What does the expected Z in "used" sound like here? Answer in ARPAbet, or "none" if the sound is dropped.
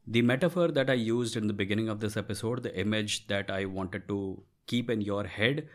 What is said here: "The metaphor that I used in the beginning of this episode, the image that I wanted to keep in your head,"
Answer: Z